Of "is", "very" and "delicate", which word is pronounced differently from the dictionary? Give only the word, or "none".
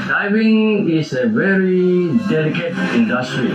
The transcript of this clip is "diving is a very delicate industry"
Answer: is